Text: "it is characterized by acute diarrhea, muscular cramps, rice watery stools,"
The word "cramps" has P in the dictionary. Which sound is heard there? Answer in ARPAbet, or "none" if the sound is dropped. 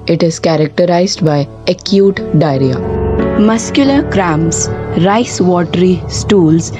none